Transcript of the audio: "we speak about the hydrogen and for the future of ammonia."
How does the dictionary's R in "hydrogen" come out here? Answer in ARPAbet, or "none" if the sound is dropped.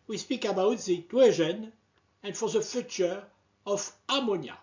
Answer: W